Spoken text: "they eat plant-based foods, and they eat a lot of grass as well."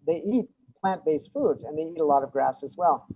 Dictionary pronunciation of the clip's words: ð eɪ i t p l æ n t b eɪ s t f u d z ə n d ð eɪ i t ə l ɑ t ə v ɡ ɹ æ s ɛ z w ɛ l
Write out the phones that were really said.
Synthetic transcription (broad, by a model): ð eɪ i t p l æ n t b eɪ s f u d z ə n ð eɪ i t ə l ɑ t ə v ɡ ɹ æ s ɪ z w ɛ l